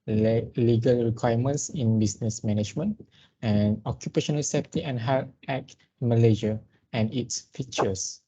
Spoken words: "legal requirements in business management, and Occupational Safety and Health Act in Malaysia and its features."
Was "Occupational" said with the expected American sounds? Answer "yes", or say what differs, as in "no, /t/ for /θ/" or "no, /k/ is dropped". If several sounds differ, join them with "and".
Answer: yes